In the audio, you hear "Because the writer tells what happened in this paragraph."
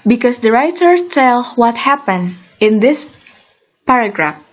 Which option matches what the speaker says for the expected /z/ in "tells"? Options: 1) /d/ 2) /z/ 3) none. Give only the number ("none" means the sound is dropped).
3